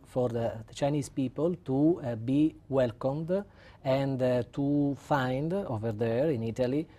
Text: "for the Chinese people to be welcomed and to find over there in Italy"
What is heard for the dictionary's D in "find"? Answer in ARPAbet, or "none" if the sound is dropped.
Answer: D